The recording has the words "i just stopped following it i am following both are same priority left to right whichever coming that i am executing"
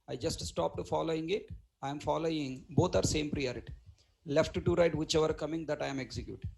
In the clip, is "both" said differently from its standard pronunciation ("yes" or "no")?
yes